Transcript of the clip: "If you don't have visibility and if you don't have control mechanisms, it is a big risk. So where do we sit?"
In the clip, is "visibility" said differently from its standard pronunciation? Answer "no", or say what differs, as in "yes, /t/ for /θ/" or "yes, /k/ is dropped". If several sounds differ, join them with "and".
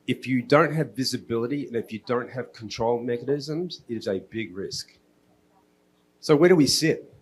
no